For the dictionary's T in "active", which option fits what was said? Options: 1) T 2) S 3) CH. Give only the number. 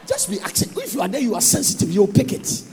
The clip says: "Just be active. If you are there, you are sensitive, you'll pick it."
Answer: 2